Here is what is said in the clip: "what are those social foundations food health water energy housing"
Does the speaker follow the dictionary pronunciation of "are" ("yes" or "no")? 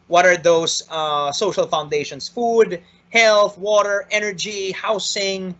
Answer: yes